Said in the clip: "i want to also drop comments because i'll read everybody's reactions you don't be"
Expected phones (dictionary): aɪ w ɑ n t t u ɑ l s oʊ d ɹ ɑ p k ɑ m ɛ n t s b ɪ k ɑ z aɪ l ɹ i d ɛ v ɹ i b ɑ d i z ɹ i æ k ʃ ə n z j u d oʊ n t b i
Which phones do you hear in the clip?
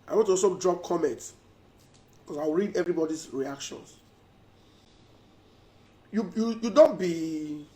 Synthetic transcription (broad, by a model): aɪ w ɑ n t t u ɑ s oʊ d ɹ ɑ p k ɑ m ɛ n t s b k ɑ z aɪ w ɹ i d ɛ v ɹ i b ɑ d i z ɹ i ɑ k ʃ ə n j j u d oʊ n t b i